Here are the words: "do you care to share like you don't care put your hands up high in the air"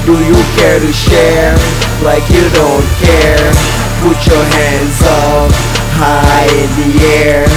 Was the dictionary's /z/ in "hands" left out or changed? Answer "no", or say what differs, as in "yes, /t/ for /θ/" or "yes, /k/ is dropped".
no